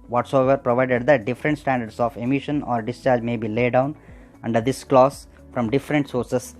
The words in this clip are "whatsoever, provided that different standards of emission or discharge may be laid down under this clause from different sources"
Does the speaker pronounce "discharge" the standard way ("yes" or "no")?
yes